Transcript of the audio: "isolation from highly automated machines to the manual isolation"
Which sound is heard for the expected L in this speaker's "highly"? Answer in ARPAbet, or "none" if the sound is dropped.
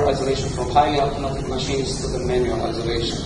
none